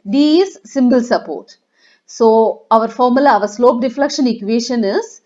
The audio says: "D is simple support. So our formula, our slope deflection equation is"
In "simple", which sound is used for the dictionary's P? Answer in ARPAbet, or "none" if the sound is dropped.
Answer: B